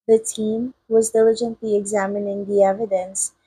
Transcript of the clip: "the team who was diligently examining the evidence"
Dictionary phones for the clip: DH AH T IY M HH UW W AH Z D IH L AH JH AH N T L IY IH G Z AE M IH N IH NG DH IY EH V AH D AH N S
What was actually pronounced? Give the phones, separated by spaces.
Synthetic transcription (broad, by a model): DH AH T IY M W AH Z D IH L AH JH AH N T L IY IH G Z AE M IH N IH NG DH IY EH V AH D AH N S